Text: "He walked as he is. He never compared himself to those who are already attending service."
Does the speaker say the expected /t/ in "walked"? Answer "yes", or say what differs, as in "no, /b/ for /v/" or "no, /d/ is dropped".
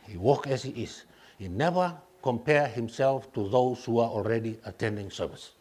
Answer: no, /t/ is dropped